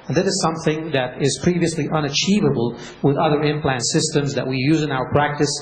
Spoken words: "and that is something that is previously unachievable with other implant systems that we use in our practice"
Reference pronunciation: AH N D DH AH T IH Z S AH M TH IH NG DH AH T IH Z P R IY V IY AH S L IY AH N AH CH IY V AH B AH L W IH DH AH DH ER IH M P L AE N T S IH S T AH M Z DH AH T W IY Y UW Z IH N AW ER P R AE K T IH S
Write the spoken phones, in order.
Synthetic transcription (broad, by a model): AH N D DH AH T IH Z S AH M TH IH NG DH AH T IH Z P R IY V IY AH S L IY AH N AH CH IY V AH B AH L W IH DH AH DH ER IH M P L AE N T S IH S T AH M Z DH AH T W IY Y UW Z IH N AW ER P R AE K T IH S